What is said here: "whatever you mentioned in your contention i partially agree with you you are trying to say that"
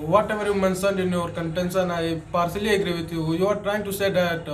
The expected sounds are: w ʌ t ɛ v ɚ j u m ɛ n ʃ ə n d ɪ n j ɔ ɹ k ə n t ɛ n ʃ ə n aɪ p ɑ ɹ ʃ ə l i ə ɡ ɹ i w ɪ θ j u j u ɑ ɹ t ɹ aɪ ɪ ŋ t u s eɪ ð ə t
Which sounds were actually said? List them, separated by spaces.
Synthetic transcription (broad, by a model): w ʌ t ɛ v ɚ j u m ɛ n s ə n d ɪ n j ɔ ɹ k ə n t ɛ n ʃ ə n aɪ p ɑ ɹ s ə l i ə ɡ ɹ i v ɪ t j u j u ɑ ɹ t ɹ aɪ ɪ ŋ t u s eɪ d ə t